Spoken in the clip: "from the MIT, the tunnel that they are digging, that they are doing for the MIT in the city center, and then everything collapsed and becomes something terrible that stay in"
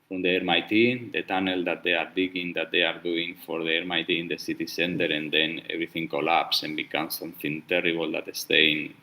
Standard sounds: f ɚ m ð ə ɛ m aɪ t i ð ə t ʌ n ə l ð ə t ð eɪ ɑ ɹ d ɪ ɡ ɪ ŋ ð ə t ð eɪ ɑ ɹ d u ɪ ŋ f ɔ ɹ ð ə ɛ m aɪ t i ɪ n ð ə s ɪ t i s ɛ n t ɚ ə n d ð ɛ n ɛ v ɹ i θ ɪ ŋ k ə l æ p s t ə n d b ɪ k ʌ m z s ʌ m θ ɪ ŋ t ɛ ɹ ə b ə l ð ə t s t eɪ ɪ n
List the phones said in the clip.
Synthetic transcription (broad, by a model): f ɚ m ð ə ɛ m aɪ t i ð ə t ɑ n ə l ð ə t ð eɪ ɑ ɹ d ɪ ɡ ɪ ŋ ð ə t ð eɪ ɑ ɹ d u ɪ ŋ f ɔ ɹ ð ə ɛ m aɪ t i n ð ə s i t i s ɛ n t ɚ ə n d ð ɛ n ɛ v ɹ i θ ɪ ŋ k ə l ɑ p s ə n b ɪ k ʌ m s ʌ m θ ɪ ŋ t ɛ ɹ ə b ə l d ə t s t eɪ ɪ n